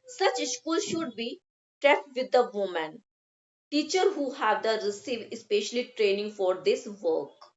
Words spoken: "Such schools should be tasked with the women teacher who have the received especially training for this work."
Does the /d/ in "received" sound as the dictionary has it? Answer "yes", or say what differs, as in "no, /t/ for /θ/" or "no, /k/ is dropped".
no, /d/ is dropped